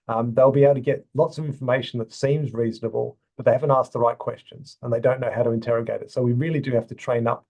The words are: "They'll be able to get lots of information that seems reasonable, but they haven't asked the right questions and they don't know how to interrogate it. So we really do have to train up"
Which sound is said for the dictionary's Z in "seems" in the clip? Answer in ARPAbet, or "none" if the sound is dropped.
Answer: Z